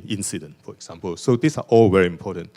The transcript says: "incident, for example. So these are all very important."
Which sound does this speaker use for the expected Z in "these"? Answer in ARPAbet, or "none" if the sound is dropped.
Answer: S